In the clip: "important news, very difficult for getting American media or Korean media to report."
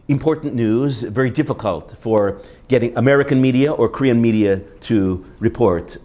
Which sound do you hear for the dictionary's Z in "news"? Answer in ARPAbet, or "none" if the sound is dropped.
Z